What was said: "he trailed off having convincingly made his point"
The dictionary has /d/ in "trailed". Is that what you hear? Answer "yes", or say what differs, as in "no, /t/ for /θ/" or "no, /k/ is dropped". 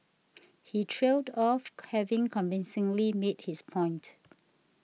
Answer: yes